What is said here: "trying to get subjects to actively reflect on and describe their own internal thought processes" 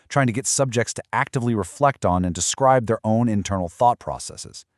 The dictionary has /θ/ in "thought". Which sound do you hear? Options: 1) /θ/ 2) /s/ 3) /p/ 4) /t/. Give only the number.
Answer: 1